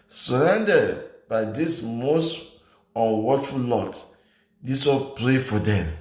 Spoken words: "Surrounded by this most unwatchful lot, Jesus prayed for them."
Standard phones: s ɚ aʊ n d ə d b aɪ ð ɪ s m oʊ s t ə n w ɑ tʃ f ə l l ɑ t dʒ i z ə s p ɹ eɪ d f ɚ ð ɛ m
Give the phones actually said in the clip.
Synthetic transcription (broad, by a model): s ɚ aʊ n d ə d b aɪ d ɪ s m oʊ s t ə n w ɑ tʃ f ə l l ɑ t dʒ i s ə p ɹ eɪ f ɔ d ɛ m